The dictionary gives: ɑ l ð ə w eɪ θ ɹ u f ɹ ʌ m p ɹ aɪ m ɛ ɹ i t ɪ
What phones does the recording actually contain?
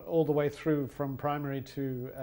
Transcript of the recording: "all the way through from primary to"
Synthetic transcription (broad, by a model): ɑ l ð ə w eɪ θ ɹ u f ɹ ʌ m p ɹ aɪ m ɛ ɹ i t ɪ